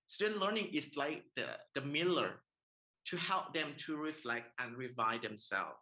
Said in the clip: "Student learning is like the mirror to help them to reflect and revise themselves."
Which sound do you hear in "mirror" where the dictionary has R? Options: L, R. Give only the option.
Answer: L